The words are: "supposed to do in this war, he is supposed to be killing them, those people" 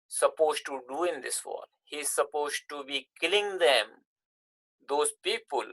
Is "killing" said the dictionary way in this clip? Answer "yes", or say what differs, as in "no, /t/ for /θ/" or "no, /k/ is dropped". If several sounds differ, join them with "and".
yes